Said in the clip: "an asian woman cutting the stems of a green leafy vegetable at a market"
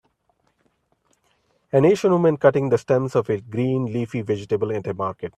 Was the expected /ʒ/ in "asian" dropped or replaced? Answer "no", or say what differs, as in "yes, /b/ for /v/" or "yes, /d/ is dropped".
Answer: yes, /ʃ/ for /ʒ/